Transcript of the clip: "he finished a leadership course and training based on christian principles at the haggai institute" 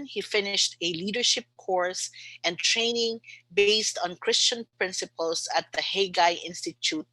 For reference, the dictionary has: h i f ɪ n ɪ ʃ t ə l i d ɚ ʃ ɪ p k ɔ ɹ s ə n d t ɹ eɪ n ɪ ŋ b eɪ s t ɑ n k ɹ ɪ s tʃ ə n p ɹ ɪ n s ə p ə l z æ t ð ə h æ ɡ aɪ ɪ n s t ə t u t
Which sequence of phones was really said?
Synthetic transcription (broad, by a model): h i f ɪ n ɪ ʃ t ə l i d ɚ ʃ ɪ p k ɔ ɹ s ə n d t ɹ eɪ n ɪ ŋ b eɪ s t ɑ n k ɹ ɪ s tʃ ə n p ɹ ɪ n s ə p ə l s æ t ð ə h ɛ ɡ aɪ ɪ n s t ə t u t